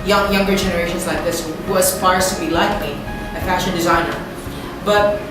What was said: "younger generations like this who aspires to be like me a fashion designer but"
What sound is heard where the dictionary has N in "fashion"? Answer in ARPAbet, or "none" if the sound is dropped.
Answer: N